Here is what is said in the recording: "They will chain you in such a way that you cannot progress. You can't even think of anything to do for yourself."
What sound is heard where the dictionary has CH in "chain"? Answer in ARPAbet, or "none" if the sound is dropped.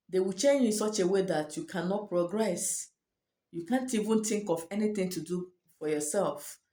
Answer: CH